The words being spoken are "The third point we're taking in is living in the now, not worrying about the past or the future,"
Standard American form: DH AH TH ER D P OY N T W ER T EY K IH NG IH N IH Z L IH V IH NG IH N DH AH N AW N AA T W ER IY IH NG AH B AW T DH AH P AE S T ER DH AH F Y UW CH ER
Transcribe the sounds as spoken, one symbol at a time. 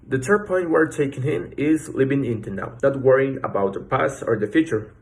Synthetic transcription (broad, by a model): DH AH T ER P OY N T W ER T EY K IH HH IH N IH Z L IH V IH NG IH N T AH N AW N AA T W ER IY IH NG AH B AW T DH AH P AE S ER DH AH F Y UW CH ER